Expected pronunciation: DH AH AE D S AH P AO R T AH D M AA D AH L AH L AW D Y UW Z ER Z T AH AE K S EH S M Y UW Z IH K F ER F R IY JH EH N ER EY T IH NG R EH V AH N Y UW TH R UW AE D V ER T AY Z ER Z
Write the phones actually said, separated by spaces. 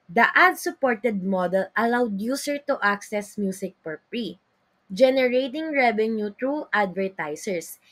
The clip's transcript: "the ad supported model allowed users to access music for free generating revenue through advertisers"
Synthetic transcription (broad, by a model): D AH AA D S AH P AO R T AH D M AA D AH L AH L AW D Y UW S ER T T AH K S EH S M Y UW S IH K P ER P R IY JH EH N ER EY T IH NG R EH V AH N Y UW T R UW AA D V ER T AY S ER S